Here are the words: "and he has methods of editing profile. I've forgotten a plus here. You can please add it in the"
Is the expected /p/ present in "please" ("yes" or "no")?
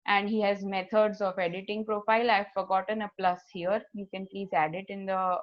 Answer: yes